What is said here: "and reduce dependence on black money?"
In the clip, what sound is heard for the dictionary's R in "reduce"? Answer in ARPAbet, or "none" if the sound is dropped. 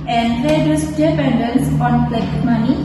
L